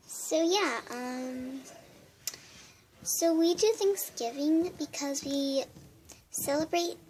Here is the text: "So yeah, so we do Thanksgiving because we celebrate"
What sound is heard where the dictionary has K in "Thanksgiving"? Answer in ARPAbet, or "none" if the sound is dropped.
K